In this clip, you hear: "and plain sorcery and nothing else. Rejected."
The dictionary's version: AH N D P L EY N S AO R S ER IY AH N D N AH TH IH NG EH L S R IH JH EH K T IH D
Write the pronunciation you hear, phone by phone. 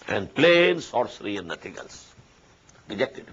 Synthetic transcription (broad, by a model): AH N D P L EY N S AO R S ER IY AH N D N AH T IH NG EH L S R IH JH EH K T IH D